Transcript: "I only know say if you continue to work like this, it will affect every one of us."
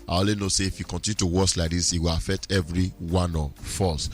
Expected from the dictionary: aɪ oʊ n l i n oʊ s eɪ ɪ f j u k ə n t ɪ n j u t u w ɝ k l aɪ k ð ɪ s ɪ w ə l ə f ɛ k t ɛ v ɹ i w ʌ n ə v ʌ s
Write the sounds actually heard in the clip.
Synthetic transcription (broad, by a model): aɪ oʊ l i n oʊ s eɪ ɪ f j u k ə n t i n j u t u w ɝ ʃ l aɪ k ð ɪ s ɪ w ə l ə f ɛ k t ɛ v ɹ i w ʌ n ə f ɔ s